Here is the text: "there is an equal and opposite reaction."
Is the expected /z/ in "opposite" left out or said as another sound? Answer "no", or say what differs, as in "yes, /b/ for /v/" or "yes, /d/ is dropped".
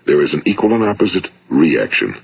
no